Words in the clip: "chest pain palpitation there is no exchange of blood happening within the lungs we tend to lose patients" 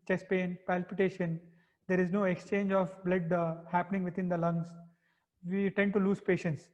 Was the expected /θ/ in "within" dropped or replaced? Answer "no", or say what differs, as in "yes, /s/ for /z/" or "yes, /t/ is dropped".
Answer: yes, /t/ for /θ/